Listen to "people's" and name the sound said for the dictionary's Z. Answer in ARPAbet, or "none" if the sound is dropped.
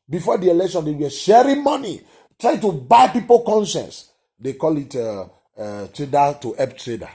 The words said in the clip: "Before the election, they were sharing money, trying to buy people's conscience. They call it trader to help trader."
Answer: none